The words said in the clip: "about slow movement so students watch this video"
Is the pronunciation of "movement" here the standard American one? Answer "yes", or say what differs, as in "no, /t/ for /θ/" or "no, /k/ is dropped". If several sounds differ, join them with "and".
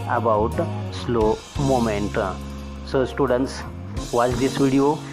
no, /v/ is dropped